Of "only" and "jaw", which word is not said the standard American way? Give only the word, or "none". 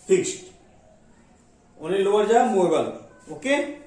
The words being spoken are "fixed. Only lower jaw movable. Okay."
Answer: only